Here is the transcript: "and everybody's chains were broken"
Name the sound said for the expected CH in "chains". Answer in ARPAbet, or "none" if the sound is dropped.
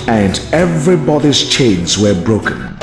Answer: CH